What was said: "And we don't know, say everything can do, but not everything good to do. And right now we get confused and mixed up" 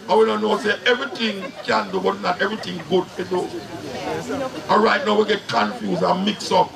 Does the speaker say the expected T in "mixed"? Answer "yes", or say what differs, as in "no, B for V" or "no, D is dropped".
no, T is dropped